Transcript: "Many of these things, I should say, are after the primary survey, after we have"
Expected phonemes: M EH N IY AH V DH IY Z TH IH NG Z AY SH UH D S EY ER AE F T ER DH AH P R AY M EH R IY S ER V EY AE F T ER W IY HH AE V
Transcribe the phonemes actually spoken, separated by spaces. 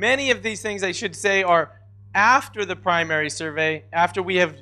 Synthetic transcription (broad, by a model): M EH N IY AH V DH IY Z TH IH NG Z AY SH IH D S EY ER AE F T ER DH AH P R AY M EH R IY S ER V EY AE F T ER W IY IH V